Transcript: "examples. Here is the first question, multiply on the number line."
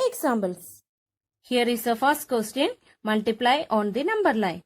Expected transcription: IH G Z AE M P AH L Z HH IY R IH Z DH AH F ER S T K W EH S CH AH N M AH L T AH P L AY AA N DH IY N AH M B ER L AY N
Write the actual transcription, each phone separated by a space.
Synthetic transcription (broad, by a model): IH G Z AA M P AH L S HH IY R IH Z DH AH F ER S T K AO S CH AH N M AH L T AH P L AY AA N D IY N AH M B ER L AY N